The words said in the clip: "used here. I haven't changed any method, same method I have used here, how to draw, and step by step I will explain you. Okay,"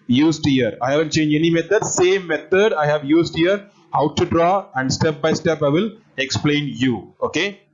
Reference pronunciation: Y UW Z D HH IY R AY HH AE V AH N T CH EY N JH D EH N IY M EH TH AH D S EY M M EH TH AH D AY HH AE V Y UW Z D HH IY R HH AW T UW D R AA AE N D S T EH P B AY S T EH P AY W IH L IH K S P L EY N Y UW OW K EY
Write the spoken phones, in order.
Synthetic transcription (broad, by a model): Y UW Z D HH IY R AY HH AE V AH N T CH EY N JH EH N IY M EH T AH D S EY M M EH T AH D AY HH AE V Y UW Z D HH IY R HH AW T UW D R AA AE N D S T EH P B AY S T EH P AY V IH L IH K S P L EY N Y UW OW K EY